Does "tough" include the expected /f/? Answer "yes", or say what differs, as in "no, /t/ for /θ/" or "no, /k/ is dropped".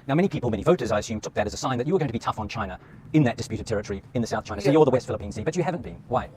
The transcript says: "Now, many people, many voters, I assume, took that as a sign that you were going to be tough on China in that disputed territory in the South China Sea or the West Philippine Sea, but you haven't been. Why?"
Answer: yes